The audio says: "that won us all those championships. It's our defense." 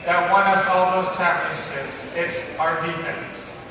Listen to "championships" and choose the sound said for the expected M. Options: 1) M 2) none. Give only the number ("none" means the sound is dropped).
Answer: 2